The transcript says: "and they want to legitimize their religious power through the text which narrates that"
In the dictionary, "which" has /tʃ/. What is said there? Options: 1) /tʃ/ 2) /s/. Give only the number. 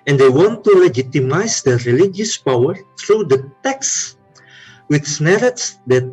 2